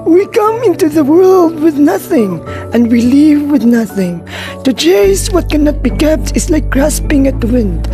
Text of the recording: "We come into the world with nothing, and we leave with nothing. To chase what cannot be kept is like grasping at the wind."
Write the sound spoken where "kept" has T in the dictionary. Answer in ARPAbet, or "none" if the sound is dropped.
T